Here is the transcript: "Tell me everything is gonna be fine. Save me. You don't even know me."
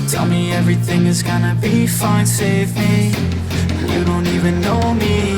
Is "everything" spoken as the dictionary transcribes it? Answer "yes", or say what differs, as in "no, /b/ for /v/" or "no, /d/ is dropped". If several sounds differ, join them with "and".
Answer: yes